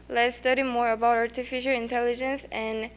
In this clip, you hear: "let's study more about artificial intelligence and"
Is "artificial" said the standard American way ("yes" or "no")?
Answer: yes